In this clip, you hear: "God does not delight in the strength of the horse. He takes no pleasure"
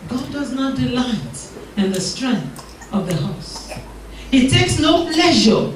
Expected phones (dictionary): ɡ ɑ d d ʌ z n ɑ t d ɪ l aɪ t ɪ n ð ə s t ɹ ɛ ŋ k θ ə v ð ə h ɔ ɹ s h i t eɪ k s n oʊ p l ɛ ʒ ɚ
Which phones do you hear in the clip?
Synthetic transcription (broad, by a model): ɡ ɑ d d ʌ z n ɑ t d ɪ l aɪ t ɪ n ð ə s t ɹ ɛ ŋ k θ ə v ð ə h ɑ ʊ s h i t eɪ k s n oʊ p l ɛ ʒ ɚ